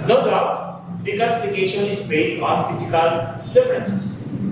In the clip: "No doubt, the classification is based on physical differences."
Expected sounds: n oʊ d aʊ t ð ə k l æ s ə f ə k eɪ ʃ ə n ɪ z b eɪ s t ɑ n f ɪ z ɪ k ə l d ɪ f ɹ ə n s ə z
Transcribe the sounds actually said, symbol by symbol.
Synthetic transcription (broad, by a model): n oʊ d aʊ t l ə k æ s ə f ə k eɪ ʃ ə n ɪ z b eɪ s t ɑ n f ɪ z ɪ k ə l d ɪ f ɹ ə n s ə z